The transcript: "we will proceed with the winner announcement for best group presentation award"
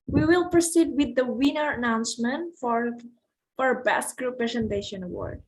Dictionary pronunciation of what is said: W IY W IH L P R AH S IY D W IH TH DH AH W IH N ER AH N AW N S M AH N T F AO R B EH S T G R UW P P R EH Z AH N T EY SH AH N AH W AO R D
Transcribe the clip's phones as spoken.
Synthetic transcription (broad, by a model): W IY W IH L P R AH S IY D W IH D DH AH W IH N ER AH N AW N S M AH N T F AO R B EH S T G R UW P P R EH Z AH N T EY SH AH N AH W AO R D